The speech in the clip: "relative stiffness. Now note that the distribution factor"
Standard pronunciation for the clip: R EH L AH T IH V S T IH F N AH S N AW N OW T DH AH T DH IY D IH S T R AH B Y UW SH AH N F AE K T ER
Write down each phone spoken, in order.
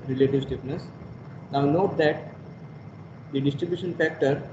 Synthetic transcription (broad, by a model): R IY L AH T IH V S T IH P N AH S N AW N OW T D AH T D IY D IH S T R AH B Y UW SH AH N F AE K T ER